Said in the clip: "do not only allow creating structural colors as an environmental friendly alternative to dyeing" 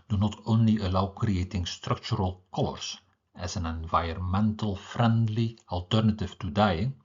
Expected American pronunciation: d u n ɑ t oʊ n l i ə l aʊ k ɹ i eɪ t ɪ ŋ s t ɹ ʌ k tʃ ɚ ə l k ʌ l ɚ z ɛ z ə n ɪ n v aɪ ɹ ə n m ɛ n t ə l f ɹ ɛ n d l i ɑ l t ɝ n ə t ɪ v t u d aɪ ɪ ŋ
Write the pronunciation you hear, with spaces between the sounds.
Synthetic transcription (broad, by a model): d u n ɑ t oʊ n l i ə l aʊ k ɹ i eɪ t ɪ ŋ s t ɹ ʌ k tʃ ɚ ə l k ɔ l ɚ s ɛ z ə n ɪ n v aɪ ə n m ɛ n t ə l f ɹ ɛ n d l i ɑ l t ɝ n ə t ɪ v t u d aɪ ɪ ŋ